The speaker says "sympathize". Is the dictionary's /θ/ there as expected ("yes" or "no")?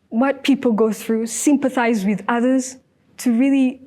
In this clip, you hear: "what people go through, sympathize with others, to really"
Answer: yes